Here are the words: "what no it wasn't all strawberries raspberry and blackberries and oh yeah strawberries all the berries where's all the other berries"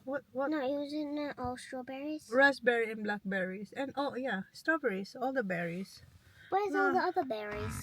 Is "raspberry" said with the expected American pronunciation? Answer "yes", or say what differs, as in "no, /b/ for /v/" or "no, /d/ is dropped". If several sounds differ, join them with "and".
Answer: no, /s/ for /z/